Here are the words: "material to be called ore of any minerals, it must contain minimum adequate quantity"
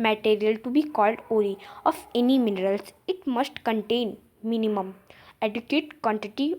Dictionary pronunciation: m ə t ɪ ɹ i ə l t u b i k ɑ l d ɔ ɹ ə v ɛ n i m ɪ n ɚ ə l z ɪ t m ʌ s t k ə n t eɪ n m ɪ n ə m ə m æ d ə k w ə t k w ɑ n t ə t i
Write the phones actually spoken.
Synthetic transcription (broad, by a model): m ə t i ɹ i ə l t u b i k ɑ l d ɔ l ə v ɛ n i m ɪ n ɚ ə l s ɪ t m ʌ s t k ə n t eɪ n m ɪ n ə m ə m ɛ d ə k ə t k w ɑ n t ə t i